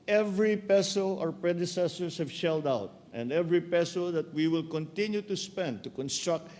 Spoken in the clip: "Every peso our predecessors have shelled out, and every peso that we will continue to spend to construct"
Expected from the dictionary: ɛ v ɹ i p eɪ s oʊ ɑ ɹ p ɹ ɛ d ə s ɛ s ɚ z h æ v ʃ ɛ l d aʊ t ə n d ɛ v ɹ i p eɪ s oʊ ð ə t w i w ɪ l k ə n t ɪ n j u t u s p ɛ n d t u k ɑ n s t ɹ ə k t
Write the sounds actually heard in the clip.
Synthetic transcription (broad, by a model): ɛ v ɹ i p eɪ s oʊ ɑ ɹ p ɹ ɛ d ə s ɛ s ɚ s h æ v ʃ ɛ l d aʊ t ə n d ɛ v ɹ i p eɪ s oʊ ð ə t w i w ɪ l k ə n t ɪ n j u t u s p ɛ n d t u k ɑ n s t ɹ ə k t